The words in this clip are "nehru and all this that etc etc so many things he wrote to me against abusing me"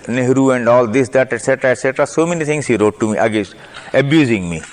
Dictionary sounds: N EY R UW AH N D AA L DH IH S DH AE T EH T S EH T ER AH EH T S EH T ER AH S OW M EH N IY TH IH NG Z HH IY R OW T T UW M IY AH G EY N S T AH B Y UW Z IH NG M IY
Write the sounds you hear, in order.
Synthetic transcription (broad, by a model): N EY R UW AH N D AA L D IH S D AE T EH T S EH T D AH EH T S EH T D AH S OW M EH N IY T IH NG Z HH IY R OW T T UW M IY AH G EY S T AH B Y UW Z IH NG M IY